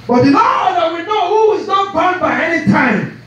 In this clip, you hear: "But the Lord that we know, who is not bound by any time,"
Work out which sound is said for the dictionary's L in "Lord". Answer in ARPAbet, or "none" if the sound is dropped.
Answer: N